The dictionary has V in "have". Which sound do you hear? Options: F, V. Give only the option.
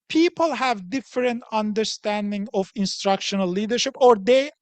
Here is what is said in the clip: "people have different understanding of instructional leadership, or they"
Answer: V